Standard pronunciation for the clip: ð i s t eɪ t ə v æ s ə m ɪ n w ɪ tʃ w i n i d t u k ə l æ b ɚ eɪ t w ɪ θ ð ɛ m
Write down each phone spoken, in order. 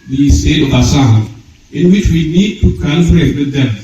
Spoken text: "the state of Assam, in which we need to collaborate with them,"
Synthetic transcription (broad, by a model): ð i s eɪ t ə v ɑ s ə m ɪ n w ɪ tʃ w i n i d t u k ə n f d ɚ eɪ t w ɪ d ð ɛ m